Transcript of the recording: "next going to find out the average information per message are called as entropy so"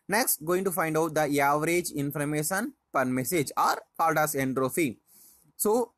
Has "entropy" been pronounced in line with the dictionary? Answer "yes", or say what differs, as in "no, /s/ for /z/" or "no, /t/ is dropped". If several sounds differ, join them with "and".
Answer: no, /f/ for /p/